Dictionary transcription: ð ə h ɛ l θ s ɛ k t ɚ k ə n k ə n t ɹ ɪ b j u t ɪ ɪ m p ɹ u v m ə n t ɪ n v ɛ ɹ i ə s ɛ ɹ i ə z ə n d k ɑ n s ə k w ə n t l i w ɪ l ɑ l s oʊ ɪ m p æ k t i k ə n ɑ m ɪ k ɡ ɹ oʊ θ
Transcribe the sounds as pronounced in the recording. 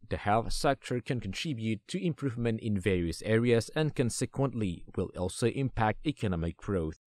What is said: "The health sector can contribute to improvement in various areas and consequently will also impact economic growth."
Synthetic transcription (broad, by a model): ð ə h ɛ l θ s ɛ k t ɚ k ə n k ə n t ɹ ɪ b j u t ɪ ɪ m p ɹ u v m ə n t ɪ n v ɛ ɹ i ə s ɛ ɹ i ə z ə n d k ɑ n s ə k w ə n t l i w ɪ l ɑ l s oʊ ɪ m p æ k t i k ə n ɑ m ɪ k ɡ ɹ oʊ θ